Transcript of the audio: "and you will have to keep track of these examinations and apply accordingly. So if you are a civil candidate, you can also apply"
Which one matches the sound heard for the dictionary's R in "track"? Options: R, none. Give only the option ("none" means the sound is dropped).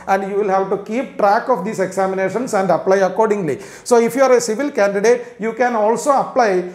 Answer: R